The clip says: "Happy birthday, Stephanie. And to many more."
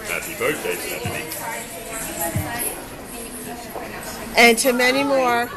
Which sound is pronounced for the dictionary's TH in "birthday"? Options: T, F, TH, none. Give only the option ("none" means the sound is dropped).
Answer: T